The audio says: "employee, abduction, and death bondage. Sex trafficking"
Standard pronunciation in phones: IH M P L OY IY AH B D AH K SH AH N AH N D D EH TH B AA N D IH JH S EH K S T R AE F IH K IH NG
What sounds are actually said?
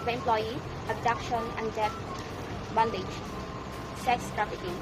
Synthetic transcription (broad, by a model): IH M P L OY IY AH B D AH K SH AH N AH N D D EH F B AA N D IH JH S EH K S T R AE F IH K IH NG